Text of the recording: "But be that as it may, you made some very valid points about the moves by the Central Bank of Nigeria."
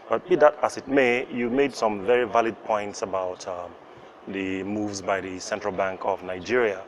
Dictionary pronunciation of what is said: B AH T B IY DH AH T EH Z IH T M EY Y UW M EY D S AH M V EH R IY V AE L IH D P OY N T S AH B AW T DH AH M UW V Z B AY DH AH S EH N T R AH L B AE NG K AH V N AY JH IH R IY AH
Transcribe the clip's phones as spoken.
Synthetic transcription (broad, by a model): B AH T B IY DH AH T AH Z IH T M EY Y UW M EY D S AH M V EH R IY V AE L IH D P OY N T S AH B AW T DH AH M UW V Z B AY DH AH S EH N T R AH L B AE NG K AH V N AY JH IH R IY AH